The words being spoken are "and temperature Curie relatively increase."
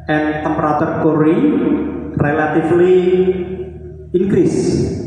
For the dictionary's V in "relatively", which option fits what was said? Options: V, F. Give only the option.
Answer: F